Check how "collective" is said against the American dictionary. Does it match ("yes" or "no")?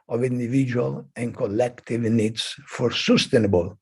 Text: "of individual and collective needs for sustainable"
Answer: yes